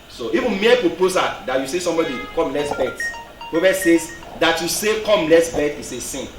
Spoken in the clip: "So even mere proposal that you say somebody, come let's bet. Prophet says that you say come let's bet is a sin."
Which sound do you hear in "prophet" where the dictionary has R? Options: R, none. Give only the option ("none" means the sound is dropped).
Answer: none